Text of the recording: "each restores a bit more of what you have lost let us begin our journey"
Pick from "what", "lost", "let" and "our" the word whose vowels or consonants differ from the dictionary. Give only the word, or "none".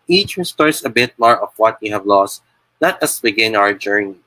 let